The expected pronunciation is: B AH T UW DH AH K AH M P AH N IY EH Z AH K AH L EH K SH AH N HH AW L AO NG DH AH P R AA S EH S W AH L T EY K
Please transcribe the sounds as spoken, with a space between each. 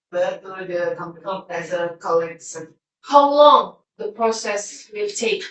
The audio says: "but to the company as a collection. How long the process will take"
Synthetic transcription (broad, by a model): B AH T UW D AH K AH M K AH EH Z AH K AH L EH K S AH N HH AW L AO NG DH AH P R AA S EH S W AH L T EY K